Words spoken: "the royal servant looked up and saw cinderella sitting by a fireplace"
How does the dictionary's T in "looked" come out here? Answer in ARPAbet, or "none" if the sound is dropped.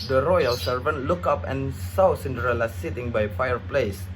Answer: none